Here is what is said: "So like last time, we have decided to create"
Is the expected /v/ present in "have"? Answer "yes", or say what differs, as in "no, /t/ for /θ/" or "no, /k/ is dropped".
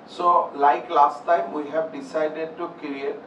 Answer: no, /b/ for /v/